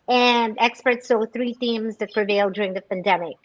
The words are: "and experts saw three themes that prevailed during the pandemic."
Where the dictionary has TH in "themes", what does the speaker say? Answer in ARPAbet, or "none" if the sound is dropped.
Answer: TH